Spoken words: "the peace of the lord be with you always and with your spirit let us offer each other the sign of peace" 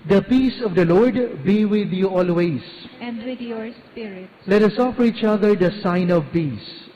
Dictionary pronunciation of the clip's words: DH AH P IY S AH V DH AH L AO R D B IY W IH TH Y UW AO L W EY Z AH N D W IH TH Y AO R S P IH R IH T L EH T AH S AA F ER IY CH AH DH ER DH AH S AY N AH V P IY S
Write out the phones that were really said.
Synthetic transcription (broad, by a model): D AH P IY S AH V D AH L AO R D B IY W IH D Y UW AO L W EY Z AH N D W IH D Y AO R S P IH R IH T L EH T AH S AA F ER IY CH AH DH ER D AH S AY N AH V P IY S